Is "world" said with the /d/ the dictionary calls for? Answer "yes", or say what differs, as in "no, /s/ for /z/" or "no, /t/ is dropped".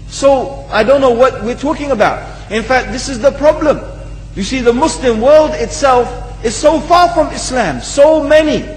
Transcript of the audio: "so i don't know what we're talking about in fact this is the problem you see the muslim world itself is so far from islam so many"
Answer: yes